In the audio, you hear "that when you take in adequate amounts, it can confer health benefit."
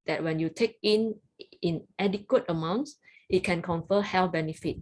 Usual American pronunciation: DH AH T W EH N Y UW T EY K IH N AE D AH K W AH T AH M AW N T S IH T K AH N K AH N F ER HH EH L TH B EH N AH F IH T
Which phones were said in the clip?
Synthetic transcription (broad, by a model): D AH T W EH N Y UW T EY K IH N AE D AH K W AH T AH M AW N T S IH T K AH N K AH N F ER HH EH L F B EH N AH F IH T